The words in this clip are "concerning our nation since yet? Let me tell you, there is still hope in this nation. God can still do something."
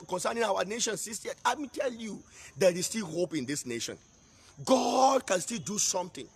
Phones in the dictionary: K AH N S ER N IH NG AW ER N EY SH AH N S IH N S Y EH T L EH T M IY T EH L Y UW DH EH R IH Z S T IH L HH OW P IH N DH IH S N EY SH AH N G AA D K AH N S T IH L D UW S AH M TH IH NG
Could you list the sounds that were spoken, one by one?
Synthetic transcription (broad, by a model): K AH N S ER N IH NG AW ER N EY SH AH N S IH S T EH L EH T M IY T EH L Y UW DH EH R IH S T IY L HH OW P IH N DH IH S N EY SH AH N G AA D K AH N S T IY L D UW S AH M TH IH NG